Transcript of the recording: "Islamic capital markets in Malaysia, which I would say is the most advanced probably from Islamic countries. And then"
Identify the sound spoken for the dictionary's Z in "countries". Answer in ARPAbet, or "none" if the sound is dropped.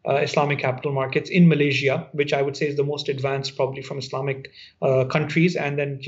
Z